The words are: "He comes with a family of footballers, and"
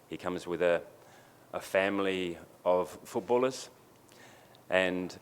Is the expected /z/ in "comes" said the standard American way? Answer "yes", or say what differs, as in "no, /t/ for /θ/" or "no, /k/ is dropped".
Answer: yes